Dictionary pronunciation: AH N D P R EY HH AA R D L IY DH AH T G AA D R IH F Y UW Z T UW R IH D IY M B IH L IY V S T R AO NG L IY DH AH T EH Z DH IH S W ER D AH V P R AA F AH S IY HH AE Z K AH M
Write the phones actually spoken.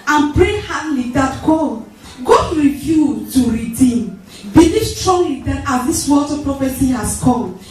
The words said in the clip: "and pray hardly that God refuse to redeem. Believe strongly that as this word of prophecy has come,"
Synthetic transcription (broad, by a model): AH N P R EY HH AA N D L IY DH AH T G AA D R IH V Y UW T UW R IH D IY M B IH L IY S T R AO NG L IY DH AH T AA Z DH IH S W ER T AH P R AA F AH S IY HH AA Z K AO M